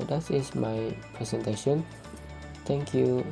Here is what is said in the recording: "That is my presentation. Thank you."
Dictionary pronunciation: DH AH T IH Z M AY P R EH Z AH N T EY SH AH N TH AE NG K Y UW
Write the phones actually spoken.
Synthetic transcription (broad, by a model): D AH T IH S M AY P R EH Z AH N T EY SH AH N T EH NG K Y UW